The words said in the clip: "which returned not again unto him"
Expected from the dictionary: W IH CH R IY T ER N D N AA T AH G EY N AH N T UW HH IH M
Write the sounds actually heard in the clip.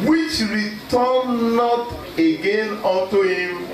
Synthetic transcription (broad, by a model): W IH CH R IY T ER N N AA T AH G EY N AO T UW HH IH M